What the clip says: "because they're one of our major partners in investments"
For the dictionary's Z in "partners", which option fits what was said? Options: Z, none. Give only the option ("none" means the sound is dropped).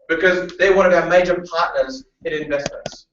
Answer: Z